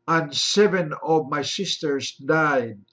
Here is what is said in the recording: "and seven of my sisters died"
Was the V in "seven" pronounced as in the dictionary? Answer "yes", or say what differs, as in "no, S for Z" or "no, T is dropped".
yes